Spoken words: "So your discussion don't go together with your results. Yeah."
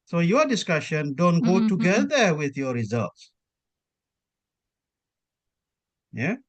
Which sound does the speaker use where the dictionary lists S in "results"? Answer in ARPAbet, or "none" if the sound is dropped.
S